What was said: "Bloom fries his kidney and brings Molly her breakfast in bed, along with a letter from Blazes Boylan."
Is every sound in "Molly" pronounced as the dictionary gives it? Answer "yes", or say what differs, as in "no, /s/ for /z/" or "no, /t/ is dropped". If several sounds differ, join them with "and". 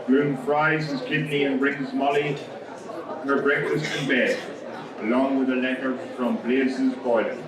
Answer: yes